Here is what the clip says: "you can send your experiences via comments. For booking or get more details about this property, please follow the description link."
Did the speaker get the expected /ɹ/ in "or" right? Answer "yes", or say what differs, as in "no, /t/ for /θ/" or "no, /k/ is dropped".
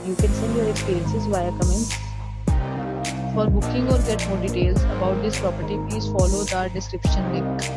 yes